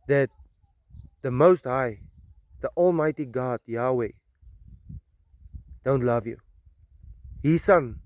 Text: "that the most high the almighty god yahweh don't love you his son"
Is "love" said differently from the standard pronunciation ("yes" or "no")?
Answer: no